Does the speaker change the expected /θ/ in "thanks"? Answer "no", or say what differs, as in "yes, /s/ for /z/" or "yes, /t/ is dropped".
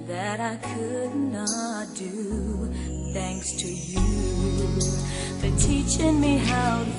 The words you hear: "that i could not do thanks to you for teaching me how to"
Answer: no